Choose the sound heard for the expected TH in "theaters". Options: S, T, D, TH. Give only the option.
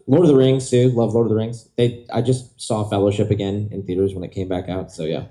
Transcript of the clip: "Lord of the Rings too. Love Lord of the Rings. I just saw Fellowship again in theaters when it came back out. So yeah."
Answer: TH